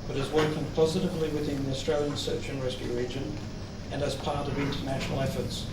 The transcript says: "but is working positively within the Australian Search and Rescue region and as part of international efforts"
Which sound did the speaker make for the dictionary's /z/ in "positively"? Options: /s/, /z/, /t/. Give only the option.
/z/